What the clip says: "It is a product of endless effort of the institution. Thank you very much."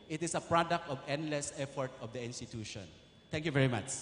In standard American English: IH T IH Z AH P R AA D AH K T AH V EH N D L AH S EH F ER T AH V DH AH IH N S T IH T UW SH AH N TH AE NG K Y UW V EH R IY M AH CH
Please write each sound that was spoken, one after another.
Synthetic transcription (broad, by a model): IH T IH S AH P R AA D AH K T AH V EH N D L AH S EH F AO T AH V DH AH IH N S T IH T UW SH AH N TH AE NG K Y UW V EH R IY M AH CH